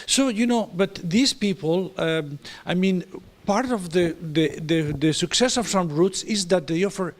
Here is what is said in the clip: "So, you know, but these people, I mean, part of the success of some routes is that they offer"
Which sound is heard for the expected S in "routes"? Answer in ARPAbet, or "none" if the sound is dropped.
S